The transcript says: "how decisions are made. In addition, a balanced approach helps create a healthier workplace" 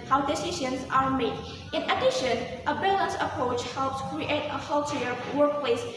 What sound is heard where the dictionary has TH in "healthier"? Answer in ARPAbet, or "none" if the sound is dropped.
T